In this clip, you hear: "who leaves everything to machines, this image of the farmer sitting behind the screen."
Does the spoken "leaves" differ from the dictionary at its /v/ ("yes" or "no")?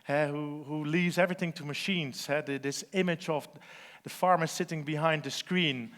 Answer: no